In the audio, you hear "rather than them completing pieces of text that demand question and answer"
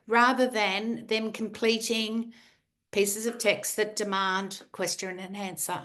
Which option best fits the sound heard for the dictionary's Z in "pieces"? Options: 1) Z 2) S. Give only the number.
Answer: 1